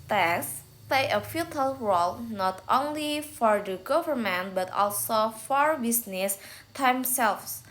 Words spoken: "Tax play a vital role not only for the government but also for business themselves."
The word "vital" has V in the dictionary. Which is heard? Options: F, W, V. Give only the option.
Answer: F